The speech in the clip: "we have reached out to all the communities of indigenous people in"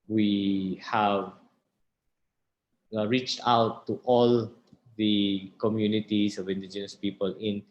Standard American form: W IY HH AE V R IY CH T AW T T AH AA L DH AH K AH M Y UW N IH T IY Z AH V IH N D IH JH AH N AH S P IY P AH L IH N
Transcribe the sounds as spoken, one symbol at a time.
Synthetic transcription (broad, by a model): W IY HH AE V R IY CH T AW T T AA L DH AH K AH M Y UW N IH T IY S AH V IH N D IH JH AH N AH S P IY P AH L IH N